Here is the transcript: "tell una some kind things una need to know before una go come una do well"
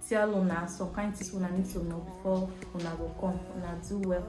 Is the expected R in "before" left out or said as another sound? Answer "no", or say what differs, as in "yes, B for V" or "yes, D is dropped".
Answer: yes, W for R